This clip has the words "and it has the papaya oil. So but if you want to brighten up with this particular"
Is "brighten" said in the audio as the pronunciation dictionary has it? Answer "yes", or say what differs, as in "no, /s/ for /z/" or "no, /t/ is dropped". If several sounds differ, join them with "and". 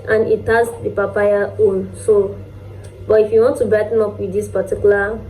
no, /ɹ/ is dropped